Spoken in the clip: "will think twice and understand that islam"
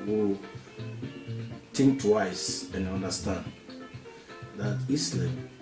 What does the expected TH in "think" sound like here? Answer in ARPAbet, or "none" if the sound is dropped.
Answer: T